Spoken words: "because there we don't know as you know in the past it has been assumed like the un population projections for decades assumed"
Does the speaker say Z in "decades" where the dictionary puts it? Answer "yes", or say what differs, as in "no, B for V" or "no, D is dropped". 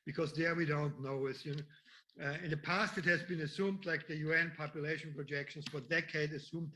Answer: no, Z is dropped